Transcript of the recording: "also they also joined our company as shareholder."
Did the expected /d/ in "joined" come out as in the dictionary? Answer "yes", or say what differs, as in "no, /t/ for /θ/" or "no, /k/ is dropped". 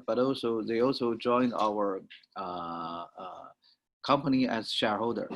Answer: yes